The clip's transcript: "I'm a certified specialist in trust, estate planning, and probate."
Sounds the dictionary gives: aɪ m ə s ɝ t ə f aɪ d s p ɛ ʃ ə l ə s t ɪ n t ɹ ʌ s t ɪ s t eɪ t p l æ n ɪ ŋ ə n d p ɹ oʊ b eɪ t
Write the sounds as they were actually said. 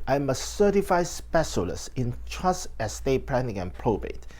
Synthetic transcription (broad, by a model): aɪ m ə s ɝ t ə f aɪ s p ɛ s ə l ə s ɪ n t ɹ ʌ s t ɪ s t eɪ p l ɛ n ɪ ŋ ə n p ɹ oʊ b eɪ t